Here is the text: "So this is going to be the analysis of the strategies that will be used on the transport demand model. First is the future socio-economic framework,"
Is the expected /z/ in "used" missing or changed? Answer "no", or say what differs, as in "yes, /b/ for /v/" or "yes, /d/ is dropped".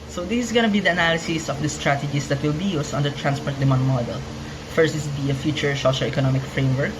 yes, /s/ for /z/